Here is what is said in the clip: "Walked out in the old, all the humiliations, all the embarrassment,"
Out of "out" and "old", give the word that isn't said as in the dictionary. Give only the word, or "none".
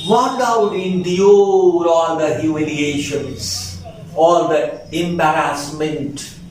old